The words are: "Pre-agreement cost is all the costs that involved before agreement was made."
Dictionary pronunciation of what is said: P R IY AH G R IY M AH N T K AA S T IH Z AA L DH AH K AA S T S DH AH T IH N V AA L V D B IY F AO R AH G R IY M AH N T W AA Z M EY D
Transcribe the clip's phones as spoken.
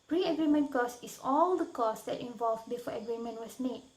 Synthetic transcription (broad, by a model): P R IY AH G R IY M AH N K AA S IH S AA L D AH K AA S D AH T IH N V AA L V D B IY F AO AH G R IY M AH N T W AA S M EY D